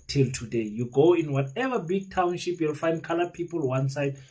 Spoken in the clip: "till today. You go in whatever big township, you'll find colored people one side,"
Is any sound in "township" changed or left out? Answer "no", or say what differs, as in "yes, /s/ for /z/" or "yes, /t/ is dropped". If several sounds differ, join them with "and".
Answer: no